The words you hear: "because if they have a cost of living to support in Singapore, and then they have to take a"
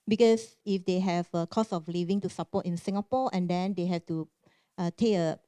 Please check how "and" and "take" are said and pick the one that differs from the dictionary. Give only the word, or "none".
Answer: take